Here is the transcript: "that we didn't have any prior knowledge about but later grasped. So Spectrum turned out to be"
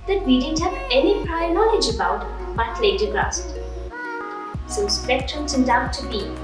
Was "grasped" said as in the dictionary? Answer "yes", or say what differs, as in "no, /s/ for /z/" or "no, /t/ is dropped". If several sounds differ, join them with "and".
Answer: no, /p/ is dropped